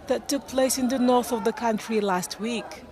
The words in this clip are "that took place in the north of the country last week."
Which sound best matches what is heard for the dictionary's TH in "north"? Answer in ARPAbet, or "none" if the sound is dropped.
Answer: TH